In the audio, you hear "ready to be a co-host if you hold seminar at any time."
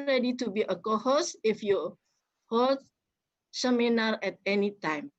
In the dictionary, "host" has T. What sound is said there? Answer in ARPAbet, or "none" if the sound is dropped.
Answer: none